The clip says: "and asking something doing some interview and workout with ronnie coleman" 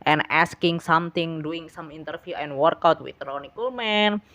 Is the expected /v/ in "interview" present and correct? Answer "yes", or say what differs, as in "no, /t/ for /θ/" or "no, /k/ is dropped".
no, /f/ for /v/